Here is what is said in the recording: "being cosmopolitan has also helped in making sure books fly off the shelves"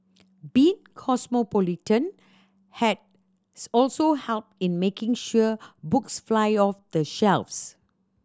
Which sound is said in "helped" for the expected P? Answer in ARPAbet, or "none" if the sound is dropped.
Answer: P